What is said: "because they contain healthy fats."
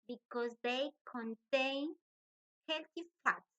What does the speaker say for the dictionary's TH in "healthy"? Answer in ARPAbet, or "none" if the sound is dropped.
T